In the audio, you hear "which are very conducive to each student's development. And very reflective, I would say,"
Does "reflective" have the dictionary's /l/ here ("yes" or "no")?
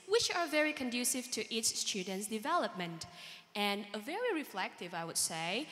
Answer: yes